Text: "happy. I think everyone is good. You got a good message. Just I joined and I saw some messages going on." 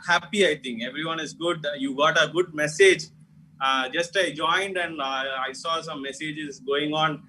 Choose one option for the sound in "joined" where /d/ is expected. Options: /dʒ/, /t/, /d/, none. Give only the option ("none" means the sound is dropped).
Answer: /d/